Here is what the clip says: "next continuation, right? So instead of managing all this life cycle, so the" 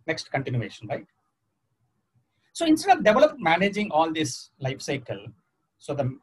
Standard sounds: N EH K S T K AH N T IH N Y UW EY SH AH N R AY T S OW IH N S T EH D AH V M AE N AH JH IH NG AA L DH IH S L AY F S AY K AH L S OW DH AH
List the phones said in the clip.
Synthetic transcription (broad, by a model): N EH K S T K AH N T IH N Y UW EY SH AH N R AY T S OW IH N S T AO D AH V M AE N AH JH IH NG AA L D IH S L AY F S AY K AH L S OW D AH